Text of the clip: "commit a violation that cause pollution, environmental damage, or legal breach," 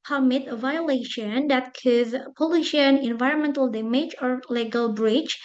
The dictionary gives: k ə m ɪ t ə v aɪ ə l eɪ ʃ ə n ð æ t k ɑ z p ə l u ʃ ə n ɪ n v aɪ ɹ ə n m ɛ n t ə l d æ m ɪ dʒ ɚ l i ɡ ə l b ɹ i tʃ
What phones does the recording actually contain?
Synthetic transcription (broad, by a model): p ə m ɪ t ə v aɪ ə l eɪ ʃ ə n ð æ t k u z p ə l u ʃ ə n ɪ n v aɪ ɹ ə n m ɛ n t ə l d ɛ m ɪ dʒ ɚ l i ɡ ə l b ɹ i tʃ